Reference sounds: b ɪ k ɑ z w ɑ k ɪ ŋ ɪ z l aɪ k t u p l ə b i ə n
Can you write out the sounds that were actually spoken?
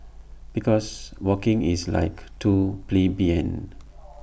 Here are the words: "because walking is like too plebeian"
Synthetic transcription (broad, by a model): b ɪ k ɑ s w ɑ k ɪ ŋ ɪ s l aɪ k t u p l ə b i ə n